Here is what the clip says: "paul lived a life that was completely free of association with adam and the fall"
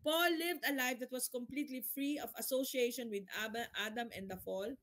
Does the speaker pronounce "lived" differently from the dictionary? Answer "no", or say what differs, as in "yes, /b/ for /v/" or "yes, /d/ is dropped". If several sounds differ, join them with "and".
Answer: no